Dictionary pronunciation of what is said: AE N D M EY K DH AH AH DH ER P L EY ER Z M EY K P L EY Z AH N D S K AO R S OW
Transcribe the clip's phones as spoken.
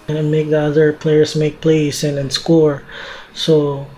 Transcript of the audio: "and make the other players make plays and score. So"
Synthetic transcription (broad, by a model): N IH M EY K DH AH AH DH ER P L EY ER S M EY K P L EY S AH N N S K AO R S OW